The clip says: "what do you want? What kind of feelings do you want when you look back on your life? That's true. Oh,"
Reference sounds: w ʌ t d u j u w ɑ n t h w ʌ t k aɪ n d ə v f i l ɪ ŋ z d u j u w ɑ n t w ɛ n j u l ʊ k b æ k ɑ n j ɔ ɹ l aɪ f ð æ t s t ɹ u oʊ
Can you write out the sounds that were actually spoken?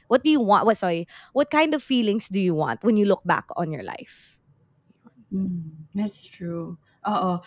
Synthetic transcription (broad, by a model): w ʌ t d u j u w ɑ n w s w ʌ t k aɪ n d ə v f i l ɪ ŋ s d u j u w ɑ n t w ɛ n j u l ʊ k b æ k ɑ n j ɔ ɹ l aɪ f ð æ t s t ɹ u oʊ